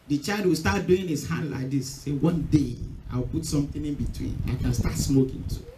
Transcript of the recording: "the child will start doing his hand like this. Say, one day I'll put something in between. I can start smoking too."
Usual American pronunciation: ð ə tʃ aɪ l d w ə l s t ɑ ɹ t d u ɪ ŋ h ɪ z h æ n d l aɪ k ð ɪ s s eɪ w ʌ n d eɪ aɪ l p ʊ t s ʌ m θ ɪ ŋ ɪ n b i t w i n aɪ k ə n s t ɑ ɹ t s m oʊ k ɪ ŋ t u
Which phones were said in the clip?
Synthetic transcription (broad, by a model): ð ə tʃ aɪ l d w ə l s t ɑ t d u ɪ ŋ h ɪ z h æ n d l aɪ k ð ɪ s s eɪ w ʌ n d eɪ aɪ w p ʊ t s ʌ m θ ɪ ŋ ɪ n b i t w i n aɪ k ə n s t ɑ t s m oʊ k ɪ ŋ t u